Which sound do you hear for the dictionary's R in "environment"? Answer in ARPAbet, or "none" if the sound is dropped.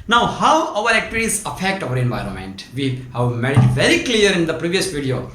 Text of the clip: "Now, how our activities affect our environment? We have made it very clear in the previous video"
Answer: R